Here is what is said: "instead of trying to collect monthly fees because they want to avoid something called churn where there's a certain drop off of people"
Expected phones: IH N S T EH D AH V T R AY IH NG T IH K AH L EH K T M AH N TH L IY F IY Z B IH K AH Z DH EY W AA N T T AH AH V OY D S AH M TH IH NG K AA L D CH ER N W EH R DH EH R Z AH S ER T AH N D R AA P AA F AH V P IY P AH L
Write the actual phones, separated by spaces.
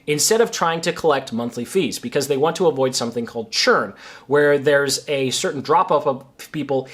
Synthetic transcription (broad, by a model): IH N S T EH D AH V T R AY IH NG T IH K AH L EH K T M AH N TH L IY F IY Z B IH K AH Z DH EY W AA N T T AH AH V OY D S AH M TH IH NG K AA L D CH ER N W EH R DH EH R Z AH S ER T N D R AA P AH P AH V P IY P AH L